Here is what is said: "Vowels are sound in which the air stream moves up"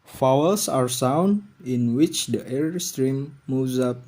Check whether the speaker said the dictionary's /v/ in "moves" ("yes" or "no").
no